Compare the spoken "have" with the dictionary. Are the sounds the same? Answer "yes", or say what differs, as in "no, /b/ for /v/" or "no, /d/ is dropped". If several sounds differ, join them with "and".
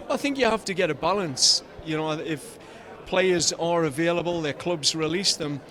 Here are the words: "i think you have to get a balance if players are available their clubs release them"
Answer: no, /f/ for /v/